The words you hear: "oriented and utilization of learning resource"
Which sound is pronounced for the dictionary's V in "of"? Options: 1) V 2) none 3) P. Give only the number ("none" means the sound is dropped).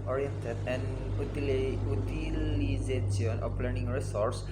3